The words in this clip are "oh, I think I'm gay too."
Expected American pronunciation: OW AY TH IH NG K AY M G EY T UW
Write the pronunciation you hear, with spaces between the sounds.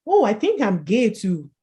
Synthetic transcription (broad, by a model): OW AY TH IH NG K AY M G EY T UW